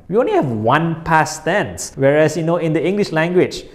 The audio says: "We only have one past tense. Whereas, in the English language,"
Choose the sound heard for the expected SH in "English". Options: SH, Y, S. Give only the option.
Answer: SH